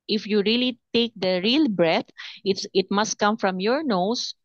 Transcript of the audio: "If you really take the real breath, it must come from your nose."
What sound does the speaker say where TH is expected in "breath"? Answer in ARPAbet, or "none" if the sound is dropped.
T